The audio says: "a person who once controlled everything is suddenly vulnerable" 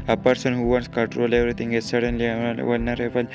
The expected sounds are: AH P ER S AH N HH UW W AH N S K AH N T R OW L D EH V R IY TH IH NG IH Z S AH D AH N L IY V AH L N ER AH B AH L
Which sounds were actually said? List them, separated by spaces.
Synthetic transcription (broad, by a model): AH P ER S AH N HH UW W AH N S K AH N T R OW L EH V R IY T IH NG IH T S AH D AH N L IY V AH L N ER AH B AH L